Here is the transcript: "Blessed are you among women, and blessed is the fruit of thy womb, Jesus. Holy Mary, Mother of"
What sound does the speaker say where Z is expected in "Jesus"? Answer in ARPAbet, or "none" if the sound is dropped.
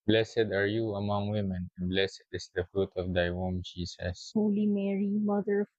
S